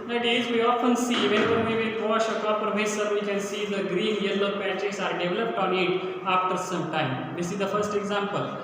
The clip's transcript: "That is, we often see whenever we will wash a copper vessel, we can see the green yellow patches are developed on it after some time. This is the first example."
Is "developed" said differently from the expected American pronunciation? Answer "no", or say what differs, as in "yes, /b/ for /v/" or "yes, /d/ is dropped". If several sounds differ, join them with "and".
no